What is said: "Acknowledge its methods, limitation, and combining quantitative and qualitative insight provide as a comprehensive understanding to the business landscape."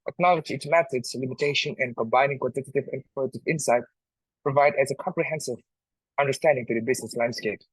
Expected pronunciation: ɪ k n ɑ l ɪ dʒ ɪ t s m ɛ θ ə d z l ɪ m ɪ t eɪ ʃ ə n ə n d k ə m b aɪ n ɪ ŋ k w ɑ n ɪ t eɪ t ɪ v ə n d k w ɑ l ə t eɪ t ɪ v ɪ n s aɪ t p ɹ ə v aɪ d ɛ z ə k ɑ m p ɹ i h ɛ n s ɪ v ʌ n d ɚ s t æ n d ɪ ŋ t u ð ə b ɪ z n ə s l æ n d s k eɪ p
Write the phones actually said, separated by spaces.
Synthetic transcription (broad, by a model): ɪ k n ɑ l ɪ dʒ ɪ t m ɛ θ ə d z l ɪ m ɪ t eɪ ʃ ə n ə n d k ə m b aɪ n ɪ ŋ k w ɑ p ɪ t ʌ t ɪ v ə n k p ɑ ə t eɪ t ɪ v ɪ n s aɪ t p ɹ ə v aɪ d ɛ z ə k ɑ m p ɹ i h ɛ n s ɪ v ʌ n d ɚ s t æ n d ɪ ŋ t u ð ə b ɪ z n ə s l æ n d s k eɪ p